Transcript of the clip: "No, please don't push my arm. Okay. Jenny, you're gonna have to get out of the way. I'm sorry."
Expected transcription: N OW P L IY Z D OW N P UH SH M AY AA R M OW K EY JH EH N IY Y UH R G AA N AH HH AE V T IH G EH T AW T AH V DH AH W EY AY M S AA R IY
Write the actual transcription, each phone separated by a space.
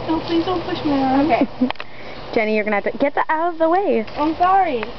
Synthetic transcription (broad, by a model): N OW P L IY Z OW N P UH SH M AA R OW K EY JH EH N IY Y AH R G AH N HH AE T IH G EH T AW T AH V DH AH W EY AY M S AA R IY